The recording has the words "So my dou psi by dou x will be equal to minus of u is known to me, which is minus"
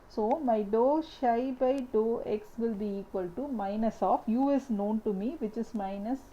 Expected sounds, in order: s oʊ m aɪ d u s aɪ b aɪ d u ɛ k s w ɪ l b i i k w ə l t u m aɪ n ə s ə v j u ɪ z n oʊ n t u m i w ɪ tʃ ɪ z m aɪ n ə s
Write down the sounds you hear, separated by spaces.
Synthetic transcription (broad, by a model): s oʊ m aɪ d u ʃ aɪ b aɪ d u ɛ k s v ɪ l b i i k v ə l t u m aɪ n ə s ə f j u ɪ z n oʊ n t u m i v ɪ tʃ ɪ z m aɪ n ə s